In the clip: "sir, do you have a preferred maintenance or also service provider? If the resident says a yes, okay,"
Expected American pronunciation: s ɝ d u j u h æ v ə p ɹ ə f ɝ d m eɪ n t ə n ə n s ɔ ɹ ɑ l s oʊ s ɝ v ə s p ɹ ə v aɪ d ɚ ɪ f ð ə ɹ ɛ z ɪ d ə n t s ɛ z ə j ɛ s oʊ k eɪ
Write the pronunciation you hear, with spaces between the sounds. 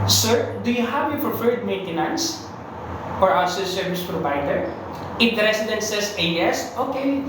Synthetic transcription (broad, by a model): s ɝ d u j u h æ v ə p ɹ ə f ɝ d m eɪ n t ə n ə n s ɔ ɹ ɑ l s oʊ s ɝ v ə s p ɹ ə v aɪ d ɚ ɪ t ɹ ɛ s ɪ d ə n s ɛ s ə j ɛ s oʊ k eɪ